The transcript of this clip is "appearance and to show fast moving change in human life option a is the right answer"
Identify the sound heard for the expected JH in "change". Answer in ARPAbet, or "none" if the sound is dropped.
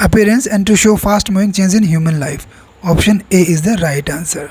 Z